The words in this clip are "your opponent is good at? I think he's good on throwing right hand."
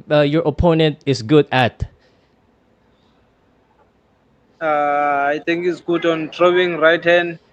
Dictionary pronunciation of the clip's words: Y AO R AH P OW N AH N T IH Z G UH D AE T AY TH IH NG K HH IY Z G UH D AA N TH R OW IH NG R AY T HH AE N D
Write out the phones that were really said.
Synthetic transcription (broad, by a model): Y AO R AH P OW N AH N T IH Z G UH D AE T AY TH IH NG K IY S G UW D AA N T R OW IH NG R AY T HH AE N D